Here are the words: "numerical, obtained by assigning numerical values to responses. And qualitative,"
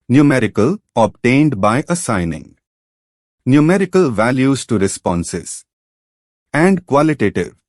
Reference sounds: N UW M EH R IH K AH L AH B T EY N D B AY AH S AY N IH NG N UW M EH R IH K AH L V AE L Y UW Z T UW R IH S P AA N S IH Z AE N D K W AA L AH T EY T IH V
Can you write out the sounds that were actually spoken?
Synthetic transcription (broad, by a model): N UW M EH R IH K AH L AH B T EY N D B AY AH S AY N IH NG N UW M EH R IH K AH L V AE L Y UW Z T UW R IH S P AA N S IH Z AE N D K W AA L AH T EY T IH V